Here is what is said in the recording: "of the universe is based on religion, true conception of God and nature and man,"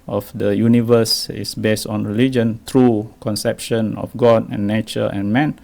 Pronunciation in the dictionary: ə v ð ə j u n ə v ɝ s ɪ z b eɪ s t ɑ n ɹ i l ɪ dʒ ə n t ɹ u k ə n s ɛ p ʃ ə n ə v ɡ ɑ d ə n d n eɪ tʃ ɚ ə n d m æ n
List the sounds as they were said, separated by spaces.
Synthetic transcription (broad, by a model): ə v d ə j u n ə v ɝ s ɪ s b eɪ s t ɑ n ɹ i l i dʒ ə n t ɹ u k ə n s ɛ p ʃ ə n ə f ɡ ɑ d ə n n eɪ tʃ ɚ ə n m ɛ n